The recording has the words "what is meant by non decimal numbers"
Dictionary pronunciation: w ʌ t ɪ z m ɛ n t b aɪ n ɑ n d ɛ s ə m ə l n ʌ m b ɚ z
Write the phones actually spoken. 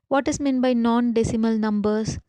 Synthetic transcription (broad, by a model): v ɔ t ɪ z m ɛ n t b aɪ n ɑ n d ɛ s ə m ə l n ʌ m b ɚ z